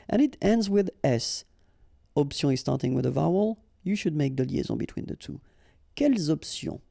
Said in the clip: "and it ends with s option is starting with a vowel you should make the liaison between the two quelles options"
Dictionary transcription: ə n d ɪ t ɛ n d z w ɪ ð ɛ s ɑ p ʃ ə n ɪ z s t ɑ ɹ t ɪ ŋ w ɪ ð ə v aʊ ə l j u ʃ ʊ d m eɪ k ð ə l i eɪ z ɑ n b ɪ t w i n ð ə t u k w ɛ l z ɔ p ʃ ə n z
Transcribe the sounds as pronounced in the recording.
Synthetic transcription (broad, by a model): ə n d ɪ t ɛ n d z w ɪ ð ɛ s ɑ p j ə ɪ z s t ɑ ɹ t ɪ ŋ w ɪ ð ə v aʊ ə l j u ʃ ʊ d m eɪ k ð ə l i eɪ z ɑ b ɪ t w i n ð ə t u k ɛ l z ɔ p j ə